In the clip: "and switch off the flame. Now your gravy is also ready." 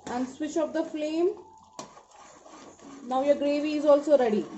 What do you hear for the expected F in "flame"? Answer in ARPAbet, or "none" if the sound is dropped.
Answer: F